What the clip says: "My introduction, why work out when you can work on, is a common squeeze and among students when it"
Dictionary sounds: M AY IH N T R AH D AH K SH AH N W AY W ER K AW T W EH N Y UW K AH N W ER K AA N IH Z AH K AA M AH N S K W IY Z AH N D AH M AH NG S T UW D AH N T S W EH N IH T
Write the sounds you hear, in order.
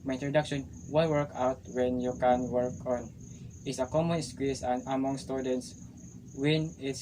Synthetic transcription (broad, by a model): M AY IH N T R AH D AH K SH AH N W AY W ER K AW T W EH N Y UW K AH N W ER K AA N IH S AH K AA M AH N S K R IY S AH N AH M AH NG S T UW D AH N T S W EH N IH T